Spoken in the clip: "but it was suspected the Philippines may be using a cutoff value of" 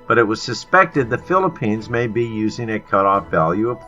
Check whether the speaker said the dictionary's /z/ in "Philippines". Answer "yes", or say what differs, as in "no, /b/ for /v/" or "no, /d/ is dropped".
yes